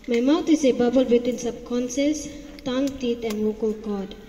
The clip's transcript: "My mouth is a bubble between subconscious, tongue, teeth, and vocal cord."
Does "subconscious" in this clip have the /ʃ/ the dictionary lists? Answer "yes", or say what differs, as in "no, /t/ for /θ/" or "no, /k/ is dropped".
no, /s/ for /ʃ/